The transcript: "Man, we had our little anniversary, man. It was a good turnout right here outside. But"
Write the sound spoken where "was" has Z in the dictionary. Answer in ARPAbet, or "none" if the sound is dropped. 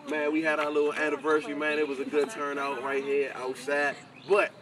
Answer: Z